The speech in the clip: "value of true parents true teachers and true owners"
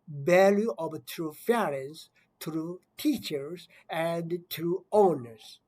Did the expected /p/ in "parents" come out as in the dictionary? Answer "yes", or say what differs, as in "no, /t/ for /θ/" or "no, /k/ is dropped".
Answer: no, /f/ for /p/